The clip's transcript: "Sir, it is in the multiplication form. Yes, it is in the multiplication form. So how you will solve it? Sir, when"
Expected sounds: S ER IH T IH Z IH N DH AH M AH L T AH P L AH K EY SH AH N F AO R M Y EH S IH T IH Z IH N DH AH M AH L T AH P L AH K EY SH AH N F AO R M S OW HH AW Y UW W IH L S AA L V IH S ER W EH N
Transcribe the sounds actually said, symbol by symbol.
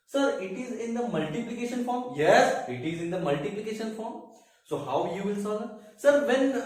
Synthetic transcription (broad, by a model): S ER IH T IH Z IH N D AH M AH L T AH P L AH K EY SH AH N F AO R M Y EH S IH T IH Z IH N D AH M AH L T AH P L AH K EY SH AH N F AO R M S OW HH AW Y UW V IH L S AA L IH S ER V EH N